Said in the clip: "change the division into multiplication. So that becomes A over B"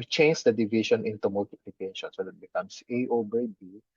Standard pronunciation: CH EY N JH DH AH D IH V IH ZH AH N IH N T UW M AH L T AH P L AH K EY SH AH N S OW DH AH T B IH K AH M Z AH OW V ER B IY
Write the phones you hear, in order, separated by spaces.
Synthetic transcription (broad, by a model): CH EY N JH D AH D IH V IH SH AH N IH N T UW M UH L T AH P L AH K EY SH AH N S OW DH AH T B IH K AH M S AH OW B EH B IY